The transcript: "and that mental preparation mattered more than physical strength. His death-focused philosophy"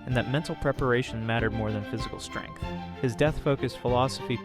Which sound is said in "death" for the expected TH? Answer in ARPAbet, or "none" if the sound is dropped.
TH